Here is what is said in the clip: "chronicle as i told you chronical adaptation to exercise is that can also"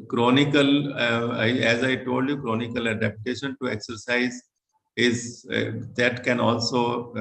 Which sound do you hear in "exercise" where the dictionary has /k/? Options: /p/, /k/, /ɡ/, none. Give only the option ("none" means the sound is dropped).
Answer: /k/